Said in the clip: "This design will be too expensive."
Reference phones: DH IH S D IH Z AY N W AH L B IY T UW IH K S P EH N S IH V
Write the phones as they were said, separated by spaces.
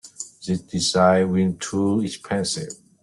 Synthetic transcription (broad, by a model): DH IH D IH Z AY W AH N T UW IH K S P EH N S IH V